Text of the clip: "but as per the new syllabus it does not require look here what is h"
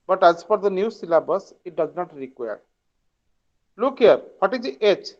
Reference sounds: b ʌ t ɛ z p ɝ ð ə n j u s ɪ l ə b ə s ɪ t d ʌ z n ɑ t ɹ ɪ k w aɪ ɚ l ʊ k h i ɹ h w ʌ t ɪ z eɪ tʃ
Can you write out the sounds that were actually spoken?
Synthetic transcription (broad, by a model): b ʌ t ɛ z f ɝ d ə n j u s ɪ l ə b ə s ɪ t d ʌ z n ɑ t ɹ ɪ k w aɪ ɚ l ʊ k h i ɹ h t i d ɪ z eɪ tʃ